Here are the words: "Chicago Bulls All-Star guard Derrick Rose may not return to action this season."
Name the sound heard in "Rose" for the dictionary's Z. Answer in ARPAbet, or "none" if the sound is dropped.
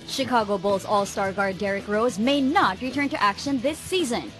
Z